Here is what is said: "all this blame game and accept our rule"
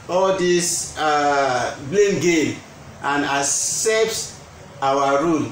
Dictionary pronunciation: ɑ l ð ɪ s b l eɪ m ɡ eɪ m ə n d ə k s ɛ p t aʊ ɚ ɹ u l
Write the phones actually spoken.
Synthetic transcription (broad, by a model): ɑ l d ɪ s b l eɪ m ɡ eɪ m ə n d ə s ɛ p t aʊ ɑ ɹ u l